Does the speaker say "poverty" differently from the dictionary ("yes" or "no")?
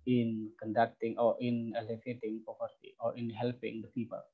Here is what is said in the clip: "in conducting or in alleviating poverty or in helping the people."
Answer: yes